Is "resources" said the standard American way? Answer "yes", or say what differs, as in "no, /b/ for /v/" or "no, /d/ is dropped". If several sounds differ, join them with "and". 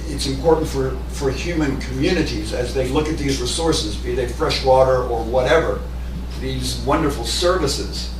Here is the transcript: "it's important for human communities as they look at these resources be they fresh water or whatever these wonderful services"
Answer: yes